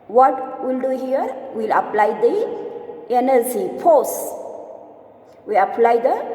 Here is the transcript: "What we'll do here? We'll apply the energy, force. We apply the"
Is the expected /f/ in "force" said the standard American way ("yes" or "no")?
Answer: no